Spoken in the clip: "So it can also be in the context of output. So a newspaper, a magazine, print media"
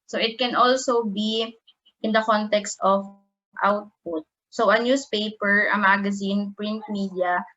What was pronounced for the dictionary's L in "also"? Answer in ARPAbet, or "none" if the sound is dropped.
L